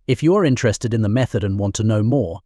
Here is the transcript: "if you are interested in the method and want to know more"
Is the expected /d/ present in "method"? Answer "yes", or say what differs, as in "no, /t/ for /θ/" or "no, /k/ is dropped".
yes